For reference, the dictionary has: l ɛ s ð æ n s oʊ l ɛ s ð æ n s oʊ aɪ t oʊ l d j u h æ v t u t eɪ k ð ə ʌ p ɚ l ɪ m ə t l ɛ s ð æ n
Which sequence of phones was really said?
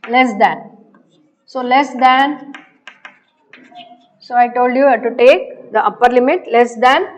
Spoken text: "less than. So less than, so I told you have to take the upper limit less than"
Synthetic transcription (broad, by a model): l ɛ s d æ n s oʊ l ɛ s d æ n s oʊ aɪ t oʊ l d j u t u t eɪ k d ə ʌ p ɚ l ɪ m ə t l ɛ s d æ n